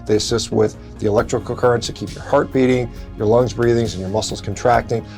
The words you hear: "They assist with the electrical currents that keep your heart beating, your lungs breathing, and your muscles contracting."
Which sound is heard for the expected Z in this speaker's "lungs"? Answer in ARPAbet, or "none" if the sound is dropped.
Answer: Z